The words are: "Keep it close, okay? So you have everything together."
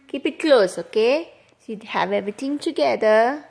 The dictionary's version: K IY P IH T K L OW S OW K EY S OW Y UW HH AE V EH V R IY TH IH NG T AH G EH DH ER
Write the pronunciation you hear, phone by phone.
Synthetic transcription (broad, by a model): K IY P IH T K L OW S OW K EY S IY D HH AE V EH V R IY T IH NG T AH G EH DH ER